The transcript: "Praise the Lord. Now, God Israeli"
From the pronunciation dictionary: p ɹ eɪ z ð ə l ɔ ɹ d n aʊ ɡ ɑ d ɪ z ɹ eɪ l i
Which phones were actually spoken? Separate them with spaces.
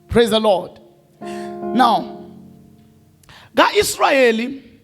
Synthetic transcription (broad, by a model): p ɹ eɪ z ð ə l ɔ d n aʊ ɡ ɑ ɪ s ɹ eɪ l i